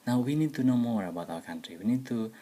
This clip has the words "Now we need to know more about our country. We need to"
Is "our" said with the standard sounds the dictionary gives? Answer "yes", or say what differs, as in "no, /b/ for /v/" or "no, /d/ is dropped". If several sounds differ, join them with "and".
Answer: no, /w/ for /ɹ/